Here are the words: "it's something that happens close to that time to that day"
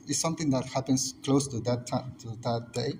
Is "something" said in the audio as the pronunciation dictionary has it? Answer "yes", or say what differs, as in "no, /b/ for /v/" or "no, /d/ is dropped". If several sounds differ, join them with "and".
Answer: no, /t/ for /θ/